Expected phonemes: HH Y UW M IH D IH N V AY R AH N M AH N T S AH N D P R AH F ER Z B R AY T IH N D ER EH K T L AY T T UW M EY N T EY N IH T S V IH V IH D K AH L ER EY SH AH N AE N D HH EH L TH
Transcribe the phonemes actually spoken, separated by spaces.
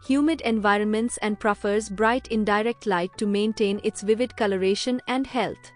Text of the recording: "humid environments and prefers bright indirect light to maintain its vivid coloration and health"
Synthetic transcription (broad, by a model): HH Y UW M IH D IH N V AY R AH N M AH N T S AH N D P R AH F ER Z B R AY T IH N D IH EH K T L AY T T UW M EY N T EY N IH T S V IH V IH D K AH L ER EY SH AH N AE N D HH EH L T